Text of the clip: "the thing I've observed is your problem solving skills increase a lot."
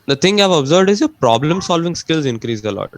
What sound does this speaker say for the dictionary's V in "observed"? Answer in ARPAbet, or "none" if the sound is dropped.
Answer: V